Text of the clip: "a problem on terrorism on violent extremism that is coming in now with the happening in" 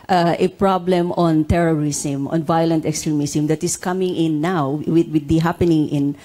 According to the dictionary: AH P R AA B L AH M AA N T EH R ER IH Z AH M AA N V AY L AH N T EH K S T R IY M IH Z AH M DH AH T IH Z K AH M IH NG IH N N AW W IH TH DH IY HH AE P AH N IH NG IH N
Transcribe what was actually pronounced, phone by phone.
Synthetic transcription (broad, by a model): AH P R AA B L AH M AA N T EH R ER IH S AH M AA N V AY L AH N T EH K S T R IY M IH S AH M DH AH T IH S K AH M IH NG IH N N AW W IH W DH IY HH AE P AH N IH NG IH N